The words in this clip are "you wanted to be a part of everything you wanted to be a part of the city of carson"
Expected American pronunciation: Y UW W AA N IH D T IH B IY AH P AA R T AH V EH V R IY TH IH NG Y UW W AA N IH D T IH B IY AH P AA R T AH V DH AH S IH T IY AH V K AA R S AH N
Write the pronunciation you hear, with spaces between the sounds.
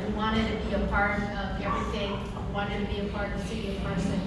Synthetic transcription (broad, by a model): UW W AA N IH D T IH B IY AH P AA R T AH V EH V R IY T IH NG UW W AA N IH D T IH B IY AH P AA R T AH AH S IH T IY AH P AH R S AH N